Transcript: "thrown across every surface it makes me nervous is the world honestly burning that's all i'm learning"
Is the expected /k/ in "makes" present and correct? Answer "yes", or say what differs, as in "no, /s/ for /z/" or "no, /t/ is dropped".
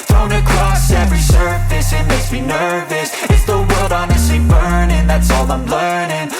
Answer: no, /k/ is dropped